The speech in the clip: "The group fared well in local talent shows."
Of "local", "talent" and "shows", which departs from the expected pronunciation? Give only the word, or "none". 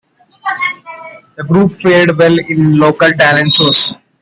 shows